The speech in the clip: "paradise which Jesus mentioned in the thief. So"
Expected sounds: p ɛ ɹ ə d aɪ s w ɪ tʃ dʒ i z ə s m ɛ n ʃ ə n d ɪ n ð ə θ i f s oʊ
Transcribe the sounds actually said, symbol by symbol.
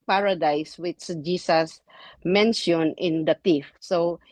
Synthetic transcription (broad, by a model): p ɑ ɹ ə d aɪ s w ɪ s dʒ i s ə s m ɛ n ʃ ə n ɪ n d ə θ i f s oʊ